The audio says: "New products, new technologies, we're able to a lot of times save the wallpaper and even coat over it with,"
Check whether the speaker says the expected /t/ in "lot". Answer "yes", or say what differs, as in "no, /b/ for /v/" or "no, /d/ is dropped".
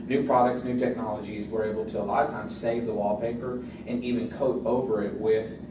no, /t/ is dropped